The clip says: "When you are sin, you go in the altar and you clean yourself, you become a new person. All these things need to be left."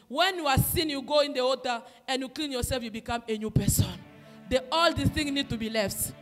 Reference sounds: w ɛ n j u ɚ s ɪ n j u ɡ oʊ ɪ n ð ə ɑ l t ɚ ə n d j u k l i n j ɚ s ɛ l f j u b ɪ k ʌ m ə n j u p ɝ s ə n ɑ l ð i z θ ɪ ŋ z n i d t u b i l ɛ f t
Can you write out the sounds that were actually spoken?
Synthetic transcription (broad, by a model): w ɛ n j u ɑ s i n j u ɡ oʊ ɪ n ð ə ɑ t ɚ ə n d j u k l i n j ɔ s ɛ l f j u b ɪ k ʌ m ə n j u p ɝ s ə n ɑ l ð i θ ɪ ŋ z n i d t u b i l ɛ f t